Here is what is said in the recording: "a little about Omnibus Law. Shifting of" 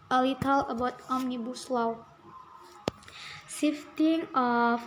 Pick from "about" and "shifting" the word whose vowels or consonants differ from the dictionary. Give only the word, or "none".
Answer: shifting